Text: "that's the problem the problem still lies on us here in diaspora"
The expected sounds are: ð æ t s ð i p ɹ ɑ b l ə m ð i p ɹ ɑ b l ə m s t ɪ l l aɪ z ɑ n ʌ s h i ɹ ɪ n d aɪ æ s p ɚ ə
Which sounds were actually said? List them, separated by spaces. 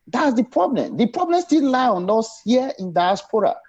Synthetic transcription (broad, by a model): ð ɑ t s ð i p ɹ ɑ b l ə m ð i p ɹ ɑ b l ə m s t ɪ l l aɪ ɑ n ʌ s h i ɪ n d aɪ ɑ s p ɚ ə